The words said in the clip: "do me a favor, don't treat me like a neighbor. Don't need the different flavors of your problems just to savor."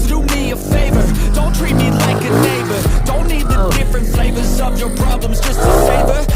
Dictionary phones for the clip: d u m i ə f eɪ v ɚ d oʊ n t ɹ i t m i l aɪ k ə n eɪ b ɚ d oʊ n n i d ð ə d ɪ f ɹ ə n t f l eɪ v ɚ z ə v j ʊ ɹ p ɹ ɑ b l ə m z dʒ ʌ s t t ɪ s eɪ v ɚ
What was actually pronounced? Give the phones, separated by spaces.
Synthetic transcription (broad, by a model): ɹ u m i ə f eɪ v ɚ d oʊ n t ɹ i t m i l aɪ k ə n eɪ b ɚ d oʊ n n i d ð ə d ɪ f ɹ ə n t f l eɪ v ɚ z ə v j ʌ ɹ p ɹ ɑ b l ə m z dʒ ʌ s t t ɪ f eɪ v ɚ